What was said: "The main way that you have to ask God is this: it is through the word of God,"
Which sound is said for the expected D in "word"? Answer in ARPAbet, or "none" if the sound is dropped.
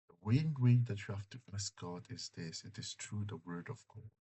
D